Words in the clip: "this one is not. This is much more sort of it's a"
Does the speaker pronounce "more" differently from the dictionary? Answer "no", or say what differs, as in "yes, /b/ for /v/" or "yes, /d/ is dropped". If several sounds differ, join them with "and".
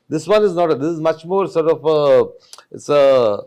no